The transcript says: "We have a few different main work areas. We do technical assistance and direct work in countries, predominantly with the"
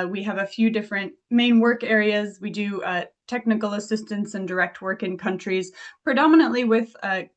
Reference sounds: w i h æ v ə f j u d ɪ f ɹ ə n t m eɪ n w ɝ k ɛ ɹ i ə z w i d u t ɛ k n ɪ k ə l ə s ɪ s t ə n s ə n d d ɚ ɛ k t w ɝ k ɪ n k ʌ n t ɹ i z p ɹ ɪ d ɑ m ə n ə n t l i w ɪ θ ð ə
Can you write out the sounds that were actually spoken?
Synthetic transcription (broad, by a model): w i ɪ v ə f j u d ɪ f ɹ ə n t m eɪ n w ɝ k ɛ ɹ i ə z w i d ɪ t ɛ k n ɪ k l ə s ɪ s t ə n s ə n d d ɚ ɛ k t w ɝ k ɪ n k ʌ n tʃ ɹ i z p ɹ ɪ d ɑ m ə n ə n t l i w ɪ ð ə